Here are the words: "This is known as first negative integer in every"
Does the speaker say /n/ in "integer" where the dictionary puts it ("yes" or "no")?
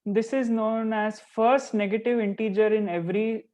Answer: yes